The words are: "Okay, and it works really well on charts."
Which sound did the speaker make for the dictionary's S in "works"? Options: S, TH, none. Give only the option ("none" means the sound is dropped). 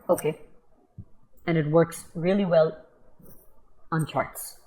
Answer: S